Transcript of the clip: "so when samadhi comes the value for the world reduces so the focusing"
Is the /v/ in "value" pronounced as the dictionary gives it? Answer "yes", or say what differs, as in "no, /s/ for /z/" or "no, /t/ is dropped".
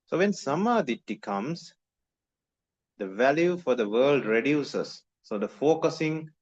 yes